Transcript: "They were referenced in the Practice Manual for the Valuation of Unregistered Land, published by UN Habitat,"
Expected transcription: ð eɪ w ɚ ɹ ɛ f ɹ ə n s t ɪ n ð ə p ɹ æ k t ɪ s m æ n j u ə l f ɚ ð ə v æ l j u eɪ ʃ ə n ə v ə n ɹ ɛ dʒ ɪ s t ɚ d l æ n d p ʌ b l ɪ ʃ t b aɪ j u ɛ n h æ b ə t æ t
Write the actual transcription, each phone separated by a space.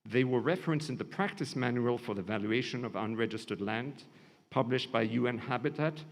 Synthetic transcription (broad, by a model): ð eɪ w ɚ ɹ ɛ f ɹ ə n s ɪ n ð ə p ɹ æ k t ɪ s m æ n j u ə l f ɚ ð ə v æ l j u eɪ ʃ ə n ə v ə n ɹ ɛ dʒ ɪ s t ɚ d l æ n d p ʌ b l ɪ ʃ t b aɪ j u ɛ n h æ b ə t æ t